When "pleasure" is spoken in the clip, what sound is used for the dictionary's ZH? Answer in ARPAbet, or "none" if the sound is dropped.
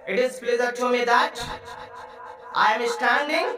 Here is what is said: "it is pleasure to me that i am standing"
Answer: Z